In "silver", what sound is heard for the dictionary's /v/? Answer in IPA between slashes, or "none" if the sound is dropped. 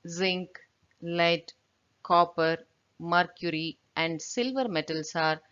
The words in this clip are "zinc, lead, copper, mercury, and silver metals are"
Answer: /v/